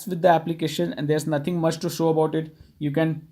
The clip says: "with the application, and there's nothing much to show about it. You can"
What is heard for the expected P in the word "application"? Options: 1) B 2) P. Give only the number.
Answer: 2